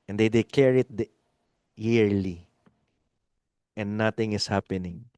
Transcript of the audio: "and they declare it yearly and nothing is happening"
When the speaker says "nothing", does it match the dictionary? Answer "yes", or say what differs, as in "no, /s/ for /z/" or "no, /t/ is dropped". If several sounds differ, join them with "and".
no, /t/ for /θ/